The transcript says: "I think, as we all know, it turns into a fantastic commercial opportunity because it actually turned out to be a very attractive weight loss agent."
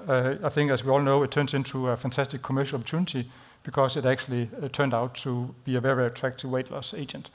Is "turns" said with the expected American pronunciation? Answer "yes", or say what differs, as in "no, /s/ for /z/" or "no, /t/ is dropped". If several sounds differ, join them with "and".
no, /s/ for /z/